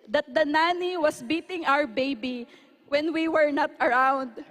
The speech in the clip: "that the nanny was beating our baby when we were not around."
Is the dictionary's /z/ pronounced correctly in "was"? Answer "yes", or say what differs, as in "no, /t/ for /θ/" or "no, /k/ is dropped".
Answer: no, /s/ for /z/